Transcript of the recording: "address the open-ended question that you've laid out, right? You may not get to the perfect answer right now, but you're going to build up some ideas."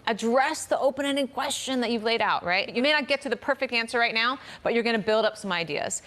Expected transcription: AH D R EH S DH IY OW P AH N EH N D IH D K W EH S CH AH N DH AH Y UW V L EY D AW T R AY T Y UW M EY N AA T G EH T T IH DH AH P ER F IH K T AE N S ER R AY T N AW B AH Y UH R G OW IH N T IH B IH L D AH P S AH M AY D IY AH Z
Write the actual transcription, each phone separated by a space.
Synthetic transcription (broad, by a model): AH D R EH S DH IY OW P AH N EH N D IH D K W EH S CH AH N DH AH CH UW V L EY D AW T R AY T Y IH M EY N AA T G EH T T IH DH AH P ER F IH K T AE N S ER R AY T N AW B AH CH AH R G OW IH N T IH B IH L D AH P S AH M AY D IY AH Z